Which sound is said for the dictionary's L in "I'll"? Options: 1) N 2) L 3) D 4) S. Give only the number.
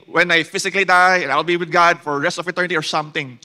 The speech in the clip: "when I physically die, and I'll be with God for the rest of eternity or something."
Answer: 2